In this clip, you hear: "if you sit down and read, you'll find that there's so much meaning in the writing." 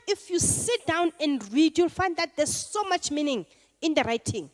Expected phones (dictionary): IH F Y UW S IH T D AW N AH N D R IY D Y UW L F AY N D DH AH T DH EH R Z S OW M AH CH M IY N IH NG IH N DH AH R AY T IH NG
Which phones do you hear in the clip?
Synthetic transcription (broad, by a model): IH F Y UW S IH T D AW N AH N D R IY D Y UW L F AY N D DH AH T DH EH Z S OW M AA CH M IY N IH NG IH N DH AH R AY T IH NG